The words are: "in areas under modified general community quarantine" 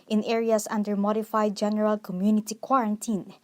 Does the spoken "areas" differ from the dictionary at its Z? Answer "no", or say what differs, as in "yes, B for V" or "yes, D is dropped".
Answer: yes, S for Z